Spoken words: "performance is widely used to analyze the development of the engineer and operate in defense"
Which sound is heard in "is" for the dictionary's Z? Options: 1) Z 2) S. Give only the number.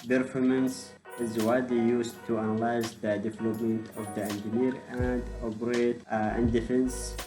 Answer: 1